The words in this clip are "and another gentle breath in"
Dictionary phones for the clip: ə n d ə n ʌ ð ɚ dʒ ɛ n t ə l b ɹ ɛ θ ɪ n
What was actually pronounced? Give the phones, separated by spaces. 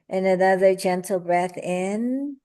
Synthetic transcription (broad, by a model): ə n ə n ʌ ð ɚ dʒ ɛ n t l b ɹ ɛ θ ɪ n